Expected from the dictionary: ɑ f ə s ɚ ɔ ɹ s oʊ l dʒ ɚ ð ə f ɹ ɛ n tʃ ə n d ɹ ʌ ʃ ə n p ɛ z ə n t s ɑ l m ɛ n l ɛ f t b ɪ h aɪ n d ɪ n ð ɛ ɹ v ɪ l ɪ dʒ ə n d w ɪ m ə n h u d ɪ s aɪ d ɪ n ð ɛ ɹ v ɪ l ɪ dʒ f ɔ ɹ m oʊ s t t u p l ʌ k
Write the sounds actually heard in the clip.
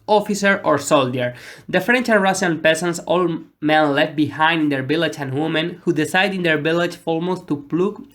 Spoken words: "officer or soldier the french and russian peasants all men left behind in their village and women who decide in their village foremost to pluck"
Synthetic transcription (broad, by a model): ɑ f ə s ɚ ɔ ɹ s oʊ l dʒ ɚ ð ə f ɹ ɛ n tʃ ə n ɹ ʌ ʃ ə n p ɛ s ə n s ɑ l m ɛ n l ɛ f t b ɪ h aɪ n d ɪ n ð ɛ ɹ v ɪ l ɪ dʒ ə n w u m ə n h u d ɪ s aɪ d ɪ n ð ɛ ɹ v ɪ l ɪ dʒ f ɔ l m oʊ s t t u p l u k